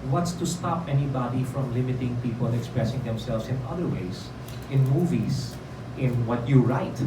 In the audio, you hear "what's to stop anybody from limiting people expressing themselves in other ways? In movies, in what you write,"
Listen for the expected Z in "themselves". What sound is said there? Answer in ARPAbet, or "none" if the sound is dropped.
S